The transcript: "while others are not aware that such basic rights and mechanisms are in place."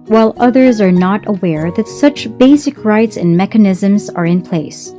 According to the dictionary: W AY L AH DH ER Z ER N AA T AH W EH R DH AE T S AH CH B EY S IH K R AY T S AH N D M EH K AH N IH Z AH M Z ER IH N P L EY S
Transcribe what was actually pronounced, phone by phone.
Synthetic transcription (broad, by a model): W AY L AH DH ER Z ER N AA T AH W EH R DH AE T S AH CH B EY S IH K R AY T S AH N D M EH K AH N IH Z AH M Z ER IH N P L EY S